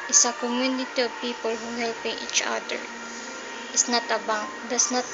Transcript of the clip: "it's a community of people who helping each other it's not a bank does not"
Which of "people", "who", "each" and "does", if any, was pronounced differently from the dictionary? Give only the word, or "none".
does